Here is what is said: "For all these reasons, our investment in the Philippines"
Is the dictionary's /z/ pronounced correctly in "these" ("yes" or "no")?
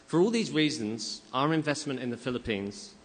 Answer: yes